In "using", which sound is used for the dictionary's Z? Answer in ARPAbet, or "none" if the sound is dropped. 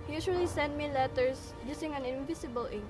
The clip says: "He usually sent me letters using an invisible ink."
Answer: S